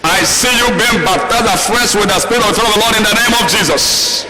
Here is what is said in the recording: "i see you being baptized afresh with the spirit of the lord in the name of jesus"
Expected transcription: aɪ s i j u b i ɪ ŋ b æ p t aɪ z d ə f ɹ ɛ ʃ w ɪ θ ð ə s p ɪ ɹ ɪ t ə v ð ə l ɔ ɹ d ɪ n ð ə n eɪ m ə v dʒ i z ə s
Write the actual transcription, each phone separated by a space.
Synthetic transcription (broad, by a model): aɪ s i j u b i ɪ ŋ b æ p t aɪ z ə f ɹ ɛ s w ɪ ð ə s p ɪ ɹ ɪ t ə v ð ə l ɔ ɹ d ɪ n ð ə n eɪ m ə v dʒ i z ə s